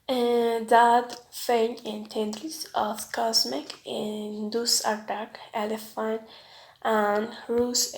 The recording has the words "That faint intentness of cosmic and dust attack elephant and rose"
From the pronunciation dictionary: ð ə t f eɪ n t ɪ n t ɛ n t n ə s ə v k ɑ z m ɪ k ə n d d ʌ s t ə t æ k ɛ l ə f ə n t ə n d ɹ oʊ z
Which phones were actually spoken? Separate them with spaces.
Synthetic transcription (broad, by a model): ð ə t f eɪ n ɪ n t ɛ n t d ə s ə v k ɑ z m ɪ k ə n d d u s ə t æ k ɛ l ə f ə n t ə n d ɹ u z